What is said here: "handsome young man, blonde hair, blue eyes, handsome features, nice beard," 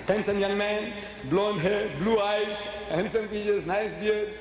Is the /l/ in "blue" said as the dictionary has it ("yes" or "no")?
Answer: yes